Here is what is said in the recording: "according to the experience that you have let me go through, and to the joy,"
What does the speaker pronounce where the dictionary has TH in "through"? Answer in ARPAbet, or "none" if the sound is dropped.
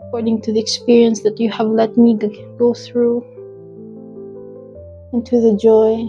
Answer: TH